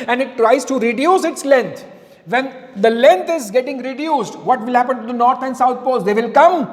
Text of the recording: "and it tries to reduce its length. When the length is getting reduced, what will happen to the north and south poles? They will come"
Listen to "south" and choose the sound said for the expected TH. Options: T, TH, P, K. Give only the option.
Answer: T